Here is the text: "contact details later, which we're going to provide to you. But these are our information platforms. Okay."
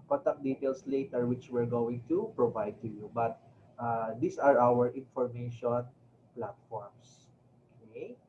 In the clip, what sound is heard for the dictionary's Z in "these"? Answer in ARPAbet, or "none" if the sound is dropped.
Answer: S